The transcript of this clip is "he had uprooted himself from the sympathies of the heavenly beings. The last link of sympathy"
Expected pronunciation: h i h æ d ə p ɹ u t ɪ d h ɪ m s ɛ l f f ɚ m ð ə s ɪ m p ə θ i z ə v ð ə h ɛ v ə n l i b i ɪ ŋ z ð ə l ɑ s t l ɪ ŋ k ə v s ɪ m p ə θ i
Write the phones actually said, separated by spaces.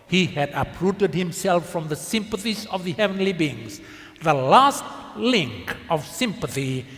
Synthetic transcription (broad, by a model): h i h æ d ə p ɹ u t ɪ d h ɪ m s ɛ l f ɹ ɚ m ð ə s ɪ m p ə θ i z ə v ð ə h ɛ v ə n l i b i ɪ ŋ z ð ə l ɑ s t l ɪ ŋ k ə v s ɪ m p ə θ i